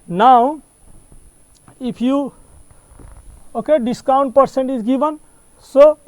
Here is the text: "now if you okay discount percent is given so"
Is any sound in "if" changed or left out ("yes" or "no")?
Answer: yes